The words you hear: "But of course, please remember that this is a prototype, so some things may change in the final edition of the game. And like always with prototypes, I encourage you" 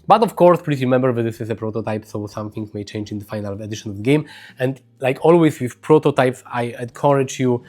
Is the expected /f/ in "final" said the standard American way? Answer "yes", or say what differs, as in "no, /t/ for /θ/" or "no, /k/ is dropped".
yes